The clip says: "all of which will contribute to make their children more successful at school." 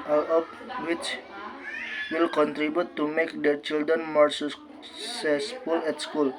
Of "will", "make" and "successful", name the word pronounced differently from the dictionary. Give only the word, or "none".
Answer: successful